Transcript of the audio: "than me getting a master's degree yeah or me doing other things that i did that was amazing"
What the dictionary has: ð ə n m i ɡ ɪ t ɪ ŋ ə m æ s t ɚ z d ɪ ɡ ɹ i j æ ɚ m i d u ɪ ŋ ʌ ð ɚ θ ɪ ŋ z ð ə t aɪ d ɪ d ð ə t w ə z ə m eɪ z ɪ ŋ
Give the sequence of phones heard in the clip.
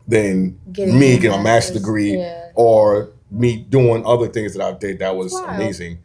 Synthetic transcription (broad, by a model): ð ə n m i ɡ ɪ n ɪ ə m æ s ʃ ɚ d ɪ ɡ ɹ i ɚ m i d u ɪ ŋ ʌ ð ɚ θ ɪ ŋ z ð ə t aɪ d ɪ d ð ə t w ə z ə m eɪ z ɪ ŋ